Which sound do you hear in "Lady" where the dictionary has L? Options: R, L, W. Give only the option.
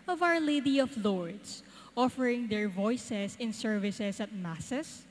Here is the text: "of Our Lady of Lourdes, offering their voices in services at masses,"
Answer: L